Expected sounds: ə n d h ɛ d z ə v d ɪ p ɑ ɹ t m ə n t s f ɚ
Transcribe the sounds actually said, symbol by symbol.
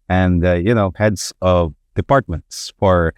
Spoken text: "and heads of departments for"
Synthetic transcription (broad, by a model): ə n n h ɛ d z ə v d ɪ p ɑ ɹ t m ə n t s f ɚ